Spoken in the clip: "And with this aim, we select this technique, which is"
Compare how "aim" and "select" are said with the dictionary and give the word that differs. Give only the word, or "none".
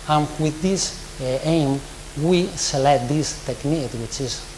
select